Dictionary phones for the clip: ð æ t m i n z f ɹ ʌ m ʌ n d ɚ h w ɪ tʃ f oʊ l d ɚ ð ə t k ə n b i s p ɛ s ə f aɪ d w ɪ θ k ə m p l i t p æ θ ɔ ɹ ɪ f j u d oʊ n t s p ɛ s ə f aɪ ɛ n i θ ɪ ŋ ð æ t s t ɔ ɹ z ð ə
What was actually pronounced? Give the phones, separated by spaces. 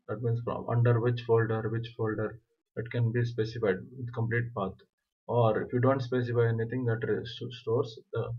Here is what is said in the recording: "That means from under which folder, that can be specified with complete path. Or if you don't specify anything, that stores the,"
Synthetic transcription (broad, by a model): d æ t m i n s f ɹ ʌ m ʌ n d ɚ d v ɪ tʃ f oʊ l d ɚ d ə t k ə n b i s p ɛ s ə f aɪ d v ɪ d k ə m p l i t p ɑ t ɔ ɹ ɪ f j u d oʊ n t s p ɛ s ə f aɪ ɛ n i t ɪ ŋ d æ t s t ɔ ɹ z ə